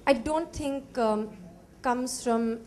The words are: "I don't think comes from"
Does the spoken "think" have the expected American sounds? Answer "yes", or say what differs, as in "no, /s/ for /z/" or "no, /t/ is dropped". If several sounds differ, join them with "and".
no, /t/ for /θ/